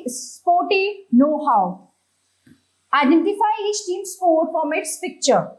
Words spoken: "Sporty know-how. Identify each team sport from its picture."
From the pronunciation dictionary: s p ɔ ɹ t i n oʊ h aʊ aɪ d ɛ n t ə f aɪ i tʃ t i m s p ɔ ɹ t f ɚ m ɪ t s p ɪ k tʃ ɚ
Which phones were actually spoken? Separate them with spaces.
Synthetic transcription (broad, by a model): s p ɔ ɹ t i n oʊ h aʊ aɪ d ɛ n t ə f aɪ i s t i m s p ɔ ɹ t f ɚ m ɪ t s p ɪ k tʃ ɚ